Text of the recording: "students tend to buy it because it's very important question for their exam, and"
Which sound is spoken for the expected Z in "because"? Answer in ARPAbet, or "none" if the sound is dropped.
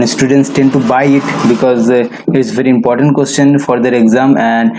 Z